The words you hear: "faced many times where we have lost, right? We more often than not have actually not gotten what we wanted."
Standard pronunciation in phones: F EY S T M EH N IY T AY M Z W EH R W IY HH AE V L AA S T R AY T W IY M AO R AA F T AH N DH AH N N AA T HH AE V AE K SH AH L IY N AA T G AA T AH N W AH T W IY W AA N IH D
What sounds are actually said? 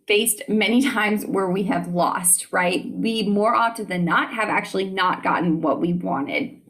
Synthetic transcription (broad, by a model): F EY S T M EH N IY T AY M Z W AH R W IY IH V L AA S T R AY T W IY M AO R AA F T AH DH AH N N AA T HH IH V AE K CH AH L IY N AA T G AA T N W AH T W IY W AA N IH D